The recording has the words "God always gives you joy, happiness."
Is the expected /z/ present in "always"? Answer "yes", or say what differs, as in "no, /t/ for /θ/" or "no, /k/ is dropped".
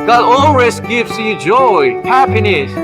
no, /s/ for /z/